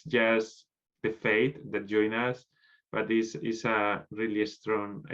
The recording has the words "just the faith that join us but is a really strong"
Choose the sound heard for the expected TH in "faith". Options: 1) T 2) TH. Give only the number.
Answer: 1